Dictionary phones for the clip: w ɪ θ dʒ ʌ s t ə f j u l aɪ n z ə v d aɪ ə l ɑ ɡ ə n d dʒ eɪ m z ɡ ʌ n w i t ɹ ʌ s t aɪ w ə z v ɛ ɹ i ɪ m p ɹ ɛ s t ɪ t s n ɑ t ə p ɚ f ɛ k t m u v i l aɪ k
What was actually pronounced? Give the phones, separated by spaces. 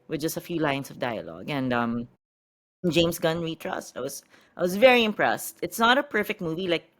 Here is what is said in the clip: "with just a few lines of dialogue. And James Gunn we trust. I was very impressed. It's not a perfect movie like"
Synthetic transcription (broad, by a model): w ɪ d dʒ ʌ s t ə f j u l aɪ n s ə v d aɪ ə l ɑ ɡ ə n d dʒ eɪ m s ɡ ʌ n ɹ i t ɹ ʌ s t aɪ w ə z v ɛ ɹ i ɪ m p ɹ ɛ s t ɪ t s n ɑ t ə p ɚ f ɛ k t m u v i l aɪ k